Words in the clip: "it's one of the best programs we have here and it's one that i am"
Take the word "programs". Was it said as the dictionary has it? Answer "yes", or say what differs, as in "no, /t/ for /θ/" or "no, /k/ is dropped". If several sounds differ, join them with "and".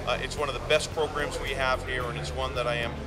yes